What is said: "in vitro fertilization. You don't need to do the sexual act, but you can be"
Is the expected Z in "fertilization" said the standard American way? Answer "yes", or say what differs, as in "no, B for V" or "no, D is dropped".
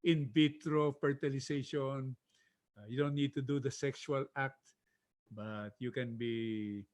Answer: no, S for Z